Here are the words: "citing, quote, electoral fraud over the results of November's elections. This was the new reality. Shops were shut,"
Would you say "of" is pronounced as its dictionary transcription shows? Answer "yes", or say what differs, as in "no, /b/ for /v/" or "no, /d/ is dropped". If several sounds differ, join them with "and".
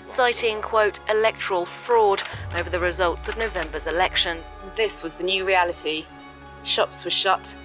yes